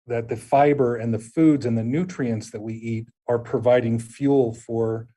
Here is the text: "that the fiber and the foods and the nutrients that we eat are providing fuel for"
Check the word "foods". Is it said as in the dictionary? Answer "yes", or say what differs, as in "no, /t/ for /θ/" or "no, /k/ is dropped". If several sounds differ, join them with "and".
yes